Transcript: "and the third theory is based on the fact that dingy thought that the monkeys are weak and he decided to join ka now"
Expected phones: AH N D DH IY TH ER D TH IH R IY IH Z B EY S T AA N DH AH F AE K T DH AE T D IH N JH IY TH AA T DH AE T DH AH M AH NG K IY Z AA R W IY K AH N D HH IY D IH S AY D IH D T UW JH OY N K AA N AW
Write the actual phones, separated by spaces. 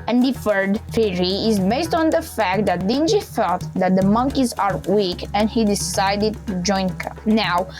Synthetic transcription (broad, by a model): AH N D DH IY F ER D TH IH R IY IH Z B EY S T AA N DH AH F AE K T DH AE T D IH N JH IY F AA T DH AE T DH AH M AH NG K IY Z AA R W IY K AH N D HH IY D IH S AY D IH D T UW JH OY N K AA N AW